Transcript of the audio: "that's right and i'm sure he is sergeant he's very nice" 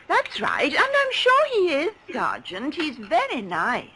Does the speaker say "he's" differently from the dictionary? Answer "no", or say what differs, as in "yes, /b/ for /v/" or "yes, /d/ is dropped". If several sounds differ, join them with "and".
no